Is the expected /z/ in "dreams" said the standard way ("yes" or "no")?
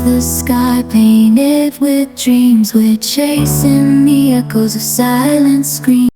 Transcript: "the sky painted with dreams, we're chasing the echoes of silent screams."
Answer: yes